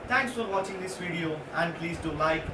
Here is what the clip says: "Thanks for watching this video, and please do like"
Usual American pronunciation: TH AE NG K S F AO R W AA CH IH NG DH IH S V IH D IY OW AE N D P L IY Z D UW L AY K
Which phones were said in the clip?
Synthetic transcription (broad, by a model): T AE NG K S F AO R W AA CH IH NG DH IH S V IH D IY OW AE N D P L IY Z D UW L AY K